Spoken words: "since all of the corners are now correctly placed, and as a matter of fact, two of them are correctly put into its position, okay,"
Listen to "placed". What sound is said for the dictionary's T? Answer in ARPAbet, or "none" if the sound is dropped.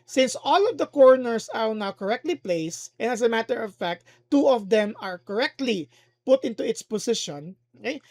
T